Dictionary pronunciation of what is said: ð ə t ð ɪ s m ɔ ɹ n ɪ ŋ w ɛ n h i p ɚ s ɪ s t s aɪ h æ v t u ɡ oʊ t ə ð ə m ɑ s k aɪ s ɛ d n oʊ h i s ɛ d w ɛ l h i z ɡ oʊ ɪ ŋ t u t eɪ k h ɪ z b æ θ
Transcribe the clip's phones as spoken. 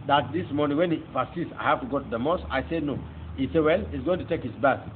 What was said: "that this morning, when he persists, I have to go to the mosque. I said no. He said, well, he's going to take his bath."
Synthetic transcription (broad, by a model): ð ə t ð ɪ s m ɔ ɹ n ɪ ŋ w ɛ n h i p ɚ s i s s aɪ h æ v t u ɡ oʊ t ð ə m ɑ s aɪ s ɛ d n oʊ h i s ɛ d w ɛ l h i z ɡ oʊ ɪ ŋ t u t eɪ k h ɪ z b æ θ